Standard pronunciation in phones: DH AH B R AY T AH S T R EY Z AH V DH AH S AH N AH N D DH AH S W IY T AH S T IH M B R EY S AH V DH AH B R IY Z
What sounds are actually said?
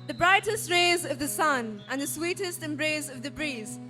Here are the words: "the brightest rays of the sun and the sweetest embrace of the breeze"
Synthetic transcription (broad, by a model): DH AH B R AY T AH S T R EY Z AH V DH AH S AH N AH N DH AH S W IY T AH S T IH M B R EY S AH V DH AH B R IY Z